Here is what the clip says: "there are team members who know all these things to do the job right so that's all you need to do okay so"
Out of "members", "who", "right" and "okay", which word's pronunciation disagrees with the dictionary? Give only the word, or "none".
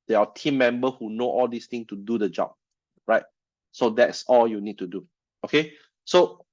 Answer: members